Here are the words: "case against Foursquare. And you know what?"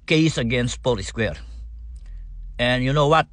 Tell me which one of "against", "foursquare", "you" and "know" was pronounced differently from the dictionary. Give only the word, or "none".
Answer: foursquare